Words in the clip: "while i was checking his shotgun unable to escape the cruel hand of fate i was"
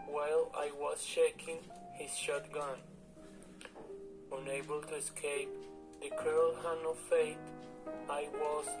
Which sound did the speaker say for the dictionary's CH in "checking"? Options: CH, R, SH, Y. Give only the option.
SH